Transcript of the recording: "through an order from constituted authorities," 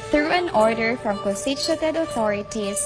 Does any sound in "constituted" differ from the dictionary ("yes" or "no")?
yes